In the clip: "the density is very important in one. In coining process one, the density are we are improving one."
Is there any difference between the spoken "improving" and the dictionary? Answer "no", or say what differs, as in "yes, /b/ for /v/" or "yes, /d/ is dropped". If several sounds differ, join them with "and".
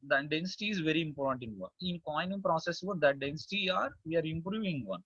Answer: no